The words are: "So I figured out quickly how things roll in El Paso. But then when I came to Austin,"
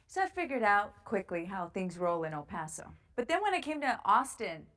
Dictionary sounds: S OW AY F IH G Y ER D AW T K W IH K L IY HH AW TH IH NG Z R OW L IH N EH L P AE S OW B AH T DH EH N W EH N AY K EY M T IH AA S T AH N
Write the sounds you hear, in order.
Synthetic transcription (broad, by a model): S OW AY F IH G Y ER D AW T K W IH K L IY HH AW TH IH NG Z R OW L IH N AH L P AE S OW B AH T DH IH N W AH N AY K EY M T IH AA S T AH N